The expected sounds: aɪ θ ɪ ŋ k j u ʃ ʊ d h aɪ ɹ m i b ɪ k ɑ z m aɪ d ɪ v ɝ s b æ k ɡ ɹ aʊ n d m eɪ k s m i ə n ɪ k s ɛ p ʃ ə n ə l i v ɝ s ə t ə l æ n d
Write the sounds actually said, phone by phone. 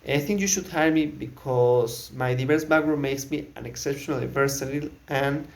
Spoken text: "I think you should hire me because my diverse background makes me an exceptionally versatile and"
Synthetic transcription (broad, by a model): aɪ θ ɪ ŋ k j u ʃ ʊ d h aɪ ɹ m i b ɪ k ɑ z m aɪ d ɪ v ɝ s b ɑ ɡ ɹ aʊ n m eɪ k s m i ə n ɪ k s ɛ p ʃ ə n ə l i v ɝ s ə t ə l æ n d